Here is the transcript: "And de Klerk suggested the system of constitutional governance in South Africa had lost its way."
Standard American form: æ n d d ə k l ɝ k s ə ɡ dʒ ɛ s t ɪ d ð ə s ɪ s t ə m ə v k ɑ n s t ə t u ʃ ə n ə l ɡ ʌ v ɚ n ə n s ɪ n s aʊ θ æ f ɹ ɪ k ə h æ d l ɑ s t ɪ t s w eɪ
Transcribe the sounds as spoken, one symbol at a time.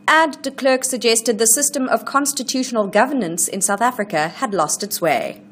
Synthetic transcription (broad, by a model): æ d d ə k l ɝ k s ə ɡ dʒ ɛ s t ɪ d ð ə s ɪ s t ə m ə v k ɑ n s t ə t u ʃ ə n ə l ɡ ʌ v ɚ n ə n s ɪ n s aʊ θ æ f ɹ ɪ k ə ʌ d l ɑ s t ɪ t s w eɪ